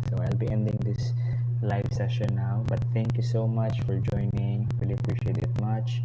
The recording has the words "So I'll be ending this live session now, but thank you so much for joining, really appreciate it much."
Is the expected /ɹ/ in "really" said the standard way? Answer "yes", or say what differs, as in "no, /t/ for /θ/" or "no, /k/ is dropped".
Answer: no, /w/ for /ɹ/